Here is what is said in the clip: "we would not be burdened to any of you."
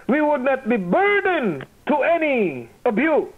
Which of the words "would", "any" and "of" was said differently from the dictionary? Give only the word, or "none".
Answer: of